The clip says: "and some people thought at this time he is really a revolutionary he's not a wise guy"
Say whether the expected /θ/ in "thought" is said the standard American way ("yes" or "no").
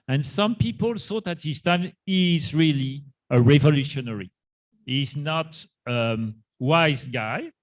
no